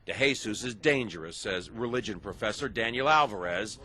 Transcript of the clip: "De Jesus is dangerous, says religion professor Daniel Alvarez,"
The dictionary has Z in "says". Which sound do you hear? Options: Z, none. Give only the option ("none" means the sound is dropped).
Z